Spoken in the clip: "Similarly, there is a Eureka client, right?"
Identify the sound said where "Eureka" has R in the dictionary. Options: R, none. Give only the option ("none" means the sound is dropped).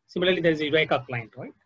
none